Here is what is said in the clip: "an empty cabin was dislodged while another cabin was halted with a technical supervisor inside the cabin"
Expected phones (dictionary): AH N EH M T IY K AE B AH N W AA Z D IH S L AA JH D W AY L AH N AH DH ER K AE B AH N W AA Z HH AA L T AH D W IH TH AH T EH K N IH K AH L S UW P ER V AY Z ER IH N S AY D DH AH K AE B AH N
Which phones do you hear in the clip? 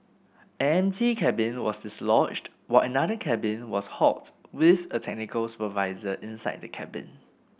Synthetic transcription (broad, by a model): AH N EH M T IY K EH B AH N W AA S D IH S L AA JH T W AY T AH N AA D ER K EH B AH N W AA S HH AA T W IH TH AH T EH K N IH K AH L S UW P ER V AY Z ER IH N S AY D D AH K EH B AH N